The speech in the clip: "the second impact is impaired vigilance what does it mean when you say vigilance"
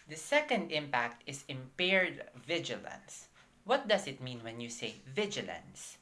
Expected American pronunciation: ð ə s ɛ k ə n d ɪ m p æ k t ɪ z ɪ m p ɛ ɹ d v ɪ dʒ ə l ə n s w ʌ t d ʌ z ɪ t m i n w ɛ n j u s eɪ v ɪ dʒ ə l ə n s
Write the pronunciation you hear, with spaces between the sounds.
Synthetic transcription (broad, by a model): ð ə s ɛ k ə n d ɪ m p æ k t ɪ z ɪ m p ɛ ɹ d v ɪ dʒ ə l ə n s w ʌ t d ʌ s ɪ t m i n w ɛ n j u s eɪ v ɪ dʒ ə l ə n s